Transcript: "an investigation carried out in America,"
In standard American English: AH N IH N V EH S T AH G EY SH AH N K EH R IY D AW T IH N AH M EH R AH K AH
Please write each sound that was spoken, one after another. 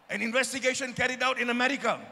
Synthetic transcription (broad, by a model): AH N IH N V EH S T AH G EY SH AH N K EH R IY D AW T IH N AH M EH R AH K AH